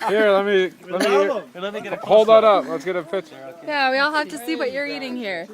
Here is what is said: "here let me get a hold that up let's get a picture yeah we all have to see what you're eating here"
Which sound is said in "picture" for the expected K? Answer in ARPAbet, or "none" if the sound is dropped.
none